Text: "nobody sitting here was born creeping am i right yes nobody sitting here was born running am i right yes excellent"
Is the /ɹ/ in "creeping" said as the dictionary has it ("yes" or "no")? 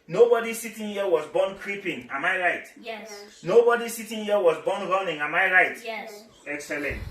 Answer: yes